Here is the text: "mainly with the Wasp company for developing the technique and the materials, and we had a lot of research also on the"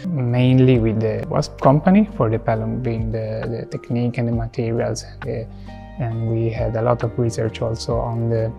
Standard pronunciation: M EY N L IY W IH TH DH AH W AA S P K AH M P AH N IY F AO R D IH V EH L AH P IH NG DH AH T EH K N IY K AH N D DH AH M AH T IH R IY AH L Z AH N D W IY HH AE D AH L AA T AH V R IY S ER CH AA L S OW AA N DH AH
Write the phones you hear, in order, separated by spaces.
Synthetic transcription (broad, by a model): M EY N L IY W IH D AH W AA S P K AH M P AH N IY F AO R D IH P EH L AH B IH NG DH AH T EH K N IY K AH N D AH M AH T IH R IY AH L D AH N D W IY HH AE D AH L AA T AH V R IY S ER CH AA L S OW AA N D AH